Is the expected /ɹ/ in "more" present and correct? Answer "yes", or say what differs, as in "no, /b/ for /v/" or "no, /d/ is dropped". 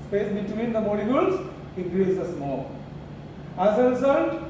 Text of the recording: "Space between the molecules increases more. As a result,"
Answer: no, /l/ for /ɹ/